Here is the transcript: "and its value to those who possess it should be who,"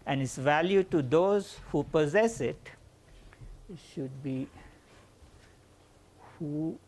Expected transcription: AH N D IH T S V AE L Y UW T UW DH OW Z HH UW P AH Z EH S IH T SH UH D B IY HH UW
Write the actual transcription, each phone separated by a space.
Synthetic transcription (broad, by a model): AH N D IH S V AE L Y UW T UW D OW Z HH UW P AH Z EH S IH T SH UH D B IY HH UW